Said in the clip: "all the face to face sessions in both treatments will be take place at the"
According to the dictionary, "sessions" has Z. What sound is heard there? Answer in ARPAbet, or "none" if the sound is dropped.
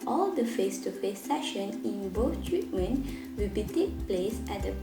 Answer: none